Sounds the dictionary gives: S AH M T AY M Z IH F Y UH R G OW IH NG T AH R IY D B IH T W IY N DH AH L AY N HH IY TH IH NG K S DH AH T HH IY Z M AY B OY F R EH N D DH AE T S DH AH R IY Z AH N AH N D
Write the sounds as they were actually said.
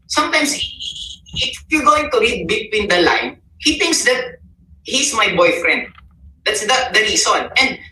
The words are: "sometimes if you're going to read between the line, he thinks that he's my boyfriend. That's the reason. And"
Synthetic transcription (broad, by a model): S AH M T AY M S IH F Y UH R G OW IH NG T AH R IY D B IH T W IY N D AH L AY N HH IY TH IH NG K S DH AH T HH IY S M AY B OY F R EH N D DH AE T S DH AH R IY S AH N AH N D